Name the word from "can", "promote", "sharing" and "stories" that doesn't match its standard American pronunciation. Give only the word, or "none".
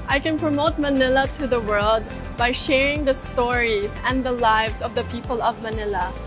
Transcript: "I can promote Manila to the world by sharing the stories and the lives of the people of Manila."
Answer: stories